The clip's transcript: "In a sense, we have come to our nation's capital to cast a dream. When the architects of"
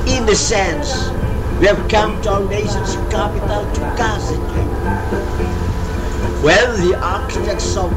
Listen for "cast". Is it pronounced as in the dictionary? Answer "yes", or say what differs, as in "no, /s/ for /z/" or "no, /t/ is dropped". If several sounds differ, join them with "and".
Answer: no, /t/ is dropped